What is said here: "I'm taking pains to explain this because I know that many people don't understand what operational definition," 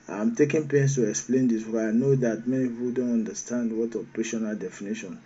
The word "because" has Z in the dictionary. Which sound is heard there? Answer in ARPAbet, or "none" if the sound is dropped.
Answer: none